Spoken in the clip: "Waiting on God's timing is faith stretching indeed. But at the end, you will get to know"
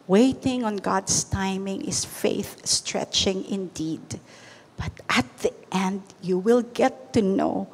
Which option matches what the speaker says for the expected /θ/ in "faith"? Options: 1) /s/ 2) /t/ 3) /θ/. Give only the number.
3